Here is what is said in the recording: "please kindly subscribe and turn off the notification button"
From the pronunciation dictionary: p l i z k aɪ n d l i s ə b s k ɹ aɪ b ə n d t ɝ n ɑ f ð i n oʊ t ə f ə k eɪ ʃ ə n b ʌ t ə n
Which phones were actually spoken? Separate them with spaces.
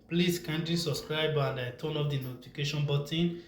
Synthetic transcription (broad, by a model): p l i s k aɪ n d i s ə b s k ɹ aɪ b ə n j t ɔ n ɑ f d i n oʊ t ə f ə k eɪ ʃ ə n b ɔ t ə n